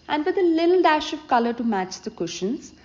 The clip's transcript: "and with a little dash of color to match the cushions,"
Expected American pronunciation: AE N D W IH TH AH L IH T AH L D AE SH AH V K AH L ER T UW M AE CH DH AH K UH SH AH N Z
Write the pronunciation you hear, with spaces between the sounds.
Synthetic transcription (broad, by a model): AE N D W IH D AH L IH T AH L D AE SH AH V K AH L ER T UW M AE CH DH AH K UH SH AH N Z